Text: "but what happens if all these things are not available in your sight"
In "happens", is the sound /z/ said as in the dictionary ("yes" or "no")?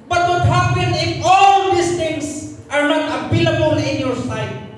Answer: no